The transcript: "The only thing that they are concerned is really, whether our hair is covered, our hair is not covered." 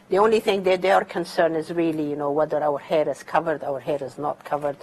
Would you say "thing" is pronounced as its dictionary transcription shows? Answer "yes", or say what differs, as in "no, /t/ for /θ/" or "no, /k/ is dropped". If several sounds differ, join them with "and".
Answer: yes